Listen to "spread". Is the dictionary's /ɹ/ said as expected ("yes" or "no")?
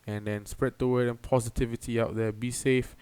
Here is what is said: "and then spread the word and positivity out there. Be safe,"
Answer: yes